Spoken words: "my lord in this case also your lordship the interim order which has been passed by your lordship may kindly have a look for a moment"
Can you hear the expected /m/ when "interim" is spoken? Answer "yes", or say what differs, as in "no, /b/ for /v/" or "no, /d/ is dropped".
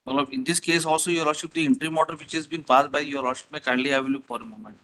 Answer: yes